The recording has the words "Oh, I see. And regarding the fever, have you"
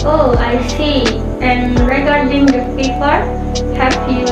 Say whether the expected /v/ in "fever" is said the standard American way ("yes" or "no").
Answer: no